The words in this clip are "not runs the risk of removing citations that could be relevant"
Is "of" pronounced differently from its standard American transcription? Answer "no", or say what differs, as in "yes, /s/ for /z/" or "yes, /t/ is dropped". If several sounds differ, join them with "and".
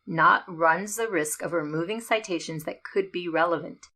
no